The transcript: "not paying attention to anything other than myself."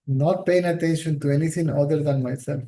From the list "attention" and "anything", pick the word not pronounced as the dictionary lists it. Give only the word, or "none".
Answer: anything